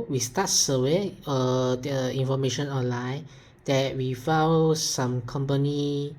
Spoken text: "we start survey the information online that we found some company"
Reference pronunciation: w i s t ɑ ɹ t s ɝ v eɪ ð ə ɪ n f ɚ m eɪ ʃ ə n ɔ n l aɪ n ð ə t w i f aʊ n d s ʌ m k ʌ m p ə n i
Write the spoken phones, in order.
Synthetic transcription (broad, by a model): w i s t ɑ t s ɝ w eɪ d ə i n f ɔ m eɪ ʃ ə n ɔ n l aɪ n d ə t w i f aʊ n s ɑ m k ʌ m p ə n i